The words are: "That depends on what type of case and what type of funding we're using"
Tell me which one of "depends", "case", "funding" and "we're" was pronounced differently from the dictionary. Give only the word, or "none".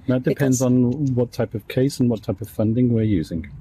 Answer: none